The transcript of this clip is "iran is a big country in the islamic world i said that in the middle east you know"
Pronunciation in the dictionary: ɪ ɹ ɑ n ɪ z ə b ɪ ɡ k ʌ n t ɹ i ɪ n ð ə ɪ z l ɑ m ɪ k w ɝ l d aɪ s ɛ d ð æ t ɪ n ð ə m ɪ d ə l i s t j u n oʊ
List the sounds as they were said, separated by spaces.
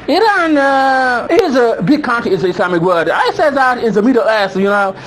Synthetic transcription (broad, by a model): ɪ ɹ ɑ n ɪ z ə b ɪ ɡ k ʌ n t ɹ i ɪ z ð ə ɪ s l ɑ m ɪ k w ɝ d aɪ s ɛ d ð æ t ɪ n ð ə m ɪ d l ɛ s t j u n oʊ